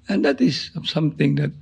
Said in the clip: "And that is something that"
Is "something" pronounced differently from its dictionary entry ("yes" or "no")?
yes